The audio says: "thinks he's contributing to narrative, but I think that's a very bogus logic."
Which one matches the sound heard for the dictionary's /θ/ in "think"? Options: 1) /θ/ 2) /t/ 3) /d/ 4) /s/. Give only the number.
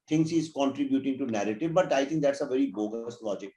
2